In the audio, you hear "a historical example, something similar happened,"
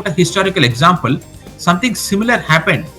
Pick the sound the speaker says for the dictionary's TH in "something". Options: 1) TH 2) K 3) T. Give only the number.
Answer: 3